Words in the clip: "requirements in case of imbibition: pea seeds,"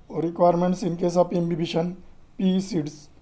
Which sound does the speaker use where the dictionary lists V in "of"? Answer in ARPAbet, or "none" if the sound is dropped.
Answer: P